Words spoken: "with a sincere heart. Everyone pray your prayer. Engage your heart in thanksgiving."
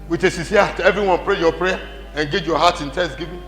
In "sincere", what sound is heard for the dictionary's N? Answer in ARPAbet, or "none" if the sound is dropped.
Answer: none